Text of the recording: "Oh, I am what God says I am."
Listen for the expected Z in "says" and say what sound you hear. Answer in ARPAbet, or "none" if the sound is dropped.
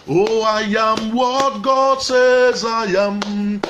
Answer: Z